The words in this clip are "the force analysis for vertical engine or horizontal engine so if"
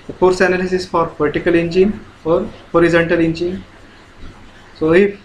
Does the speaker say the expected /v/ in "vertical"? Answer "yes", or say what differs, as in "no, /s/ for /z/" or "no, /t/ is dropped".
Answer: no, /p/ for /v/